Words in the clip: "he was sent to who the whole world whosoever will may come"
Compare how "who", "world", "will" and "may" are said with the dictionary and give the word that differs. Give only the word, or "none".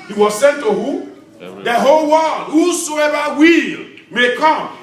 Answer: world